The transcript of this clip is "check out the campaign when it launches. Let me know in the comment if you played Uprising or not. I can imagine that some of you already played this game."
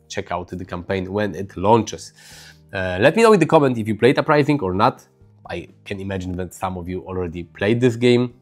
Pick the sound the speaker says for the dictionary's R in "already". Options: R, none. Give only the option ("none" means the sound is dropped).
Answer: R